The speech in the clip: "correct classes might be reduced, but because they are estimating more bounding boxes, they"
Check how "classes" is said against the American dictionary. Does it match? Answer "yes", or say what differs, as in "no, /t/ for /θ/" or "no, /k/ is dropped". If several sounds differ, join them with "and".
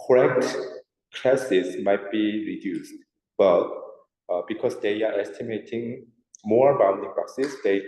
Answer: no, /s/ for /z/